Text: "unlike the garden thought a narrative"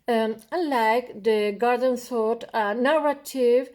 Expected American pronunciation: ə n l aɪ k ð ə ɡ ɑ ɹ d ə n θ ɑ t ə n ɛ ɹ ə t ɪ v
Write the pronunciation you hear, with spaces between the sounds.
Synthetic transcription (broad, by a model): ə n l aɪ k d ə ɡ ɑ ɹ d ə n s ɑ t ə n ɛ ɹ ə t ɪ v